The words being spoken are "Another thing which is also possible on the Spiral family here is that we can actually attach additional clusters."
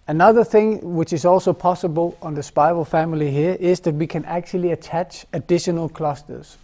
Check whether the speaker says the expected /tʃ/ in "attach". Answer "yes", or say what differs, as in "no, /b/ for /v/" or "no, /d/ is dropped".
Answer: yes